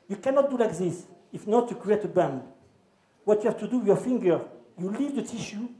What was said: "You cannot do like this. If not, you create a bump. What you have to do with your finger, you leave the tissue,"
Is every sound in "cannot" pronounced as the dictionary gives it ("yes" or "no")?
yes